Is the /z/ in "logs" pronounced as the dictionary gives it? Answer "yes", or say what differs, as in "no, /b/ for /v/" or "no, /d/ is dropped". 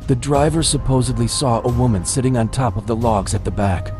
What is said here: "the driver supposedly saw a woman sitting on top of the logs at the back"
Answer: yes